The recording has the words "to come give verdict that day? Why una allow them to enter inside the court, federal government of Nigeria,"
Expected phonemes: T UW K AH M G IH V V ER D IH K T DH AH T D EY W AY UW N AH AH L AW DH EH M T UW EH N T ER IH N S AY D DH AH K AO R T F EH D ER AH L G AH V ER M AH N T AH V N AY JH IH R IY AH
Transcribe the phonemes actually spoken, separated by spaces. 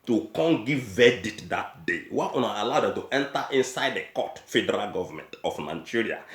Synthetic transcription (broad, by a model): T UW K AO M G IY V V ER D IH T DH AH T D EY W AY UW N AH AH L AW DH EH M T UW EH N T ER IH N S AY D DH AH K AO T F EH D ER AH L G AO V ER M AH N T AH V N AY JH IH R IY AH